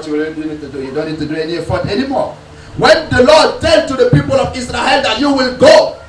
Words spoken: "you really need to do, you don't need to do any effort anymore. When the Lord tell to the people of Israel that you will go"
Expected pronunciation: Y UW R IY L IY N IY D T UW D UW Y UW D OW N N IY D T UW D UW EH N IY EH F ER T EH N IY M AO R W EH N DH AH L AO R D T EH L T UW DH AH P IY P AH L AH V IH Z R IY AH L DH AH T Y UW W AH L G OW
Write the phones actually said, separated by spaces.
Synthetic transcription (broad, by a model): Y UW W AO N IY N IY D T UW D UW Y UW D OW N N IY D T UW D UW EH N IY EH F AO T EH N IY M AO W EH N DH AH L AO D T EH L T UW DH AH P IY P AH L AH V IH S R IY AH L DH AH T Y UW W AH L G OW